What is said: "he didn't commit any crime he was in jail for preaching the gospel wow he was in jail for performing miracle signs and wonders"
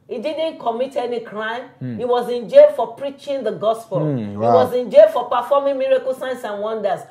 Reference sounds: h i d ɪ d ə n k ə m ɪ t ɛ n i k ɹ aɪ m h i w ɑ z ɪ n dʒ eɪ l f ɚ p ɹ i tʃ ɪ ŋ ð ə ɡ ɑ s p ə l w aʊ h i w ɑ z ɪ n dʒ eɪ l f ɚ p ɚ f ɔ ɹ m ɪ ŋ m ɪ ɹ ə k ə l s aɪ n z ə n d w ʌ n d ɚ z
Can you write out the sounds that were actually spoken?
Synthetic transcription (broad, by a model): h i d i d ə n k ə m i t ɛ n i k ɹ aɪ m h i w ɑ z ɪ n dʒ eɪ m f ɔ p ɹ i tʃ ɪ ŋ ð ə ɡ ɑ s p ə l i w ɑ z ɪ n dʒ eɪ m f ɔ p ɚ f ɔ m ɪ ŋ m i ɹ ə k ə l s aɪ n s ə n w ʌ n d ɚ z